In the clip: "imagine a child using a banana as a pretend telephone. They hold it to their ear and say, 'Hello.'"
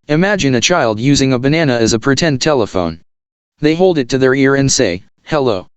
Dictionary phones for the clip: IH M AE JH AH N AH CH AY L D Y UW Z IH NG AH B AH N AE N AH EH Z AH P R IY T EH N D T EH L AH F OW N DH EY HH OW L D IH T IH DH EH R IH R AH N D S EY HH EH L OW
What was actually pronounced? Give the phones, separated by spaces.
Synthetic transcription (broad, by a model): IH M AE JH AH N AH CH AY L D Y UW Z IH NG AH B AH N AE N AH Z AH P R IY T EH N T EH L AH F OW N DH EY HH OW L D IH T IH DH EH R IH R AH N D S EY HH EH L OW